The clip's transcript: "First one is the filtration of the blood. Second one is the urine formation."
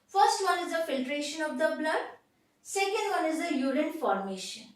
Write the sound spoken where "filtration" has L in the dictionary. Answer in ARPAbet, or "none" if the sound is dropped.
L